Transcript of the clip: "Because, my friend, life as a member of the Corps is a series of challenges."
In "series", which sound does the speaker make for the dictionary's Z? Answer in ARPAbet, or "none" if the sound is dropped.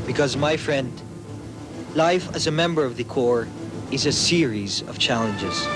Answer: Z